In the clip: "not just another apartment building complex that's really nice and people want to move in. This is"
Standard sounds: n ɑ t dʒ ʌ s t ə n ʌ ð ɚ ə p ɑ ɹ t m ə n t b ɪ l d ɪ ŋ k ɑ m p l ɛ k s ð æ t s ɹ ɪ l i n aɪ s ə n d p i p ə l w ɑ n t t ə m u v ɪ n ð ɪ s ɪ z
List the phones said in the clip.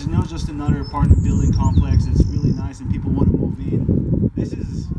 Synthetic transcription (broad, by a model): n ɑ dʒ ʌ s t ə n ʌ ð ɚ p ɑ ɹ t ə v b ɪ l d ɪ ŋ k ɑ m p l ɛ k s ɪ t s ɹ ɪ l i n aɪ s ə n p i p l w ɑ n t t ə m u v ɪ n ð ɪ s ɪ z